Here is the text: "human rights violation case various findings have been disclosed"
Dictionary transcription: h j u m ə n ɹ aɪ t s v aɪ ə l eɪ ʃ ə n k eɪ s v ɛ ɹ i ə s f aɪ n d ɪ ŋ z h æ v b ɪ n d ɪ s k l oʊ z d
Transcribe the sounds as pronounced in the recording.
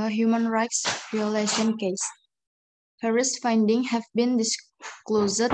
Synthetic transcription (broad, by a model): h j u m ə n ɹ aɪ t s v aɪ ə l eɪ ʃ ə n k eɪ s p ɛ ɹ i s f aɪ n d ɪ ŋ h æ v b ɪ n d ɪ s k l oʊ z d